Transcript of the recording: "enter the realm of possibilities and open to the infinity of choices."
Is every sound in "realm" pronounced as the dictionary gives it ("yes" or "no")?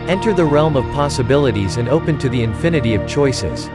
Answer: yes